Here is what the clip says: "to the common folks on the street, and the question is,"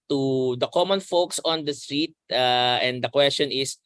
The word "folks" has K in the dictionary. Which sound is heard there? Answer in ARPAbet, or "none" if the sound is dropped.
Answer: K